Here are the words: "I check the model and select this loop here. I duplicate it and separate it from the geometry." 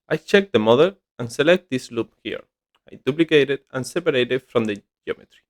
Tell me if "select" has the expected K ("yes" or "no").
yes